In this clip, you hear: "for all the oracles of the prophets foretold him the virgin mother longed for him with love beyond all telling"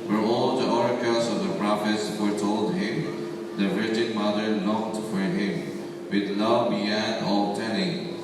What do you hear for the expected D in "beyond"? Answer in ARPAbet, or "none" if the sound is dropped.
none